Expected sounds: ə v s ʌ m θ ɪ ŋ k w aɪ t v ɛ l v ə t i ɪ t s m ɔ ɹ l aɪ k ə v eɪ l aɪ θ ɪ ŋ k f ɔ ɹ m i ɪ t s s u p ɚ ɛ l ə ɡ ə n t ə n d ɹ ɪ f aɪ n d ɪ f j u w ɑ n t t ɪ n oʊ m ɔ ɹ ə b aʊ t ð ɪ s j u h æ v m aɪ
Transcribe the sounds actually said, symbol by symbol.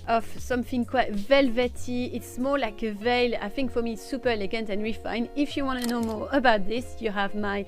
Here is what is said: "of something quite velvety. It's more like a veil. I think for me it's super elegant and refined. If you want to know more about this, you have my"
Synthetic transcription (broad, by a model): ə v s ʌ m θ ɪ ŋ k w aɪ t v ɛ l v ə t i ɪ t s m ɔ ɹ l aɪ k ə v eɪ l aɪ θ ɪ ŋ k f ɔ ɹ m i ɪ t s s u p ɚ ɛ l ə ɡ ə n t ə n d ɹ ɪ f aɪ n ɪ f j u w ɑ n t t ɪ n oʊ m ɔ ɹ ə b aʊ t ð ɪ s j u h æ v m aɪ